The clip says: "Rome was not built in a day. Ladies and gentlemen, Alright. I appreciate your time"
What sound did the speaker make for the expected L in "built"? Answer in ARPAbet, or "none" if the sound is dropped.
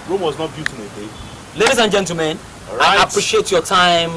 none